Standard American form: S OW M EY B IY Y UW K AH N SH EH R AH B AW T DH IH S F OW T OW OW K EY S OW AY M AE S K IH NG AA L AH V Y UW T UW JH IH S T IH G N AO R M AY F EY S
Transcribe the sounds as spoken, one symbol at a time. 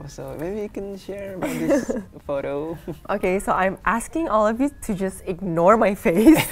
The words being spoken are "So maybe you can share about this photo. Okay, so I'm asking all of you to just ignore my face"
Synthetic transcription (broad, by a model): S OW M EY B IY Y UW K AH N SH EH R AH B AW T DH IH F OW T OW OW K EY S OW AY M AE S K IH NG AA L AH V Y UW T UW JH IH S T IH G N AO R M AY F EY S